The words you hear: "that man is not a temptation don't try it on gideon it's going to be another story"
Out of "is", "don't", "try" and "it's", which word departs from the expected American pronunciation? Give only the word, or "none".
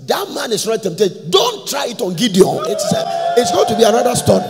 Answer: is